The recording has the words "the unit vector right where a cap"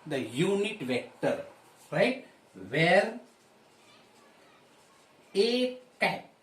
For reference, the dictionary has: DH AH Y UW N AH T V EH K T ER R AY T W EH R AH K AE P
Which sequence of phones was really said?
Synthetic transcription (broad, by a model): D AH Y UW N AH T V EH K T ER R AY T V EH R AH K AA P